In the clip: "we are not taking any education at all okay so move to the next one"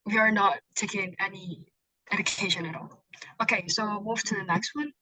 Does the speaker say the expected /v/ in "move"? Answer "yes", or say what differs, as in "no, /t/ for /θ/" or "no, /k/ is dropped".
no, /f/ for /v/